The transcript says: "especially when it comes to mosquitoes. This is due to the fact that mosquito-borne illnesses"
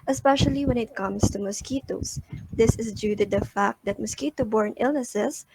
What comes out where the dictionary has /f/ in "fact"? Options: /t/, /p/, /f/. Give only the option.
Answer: /f/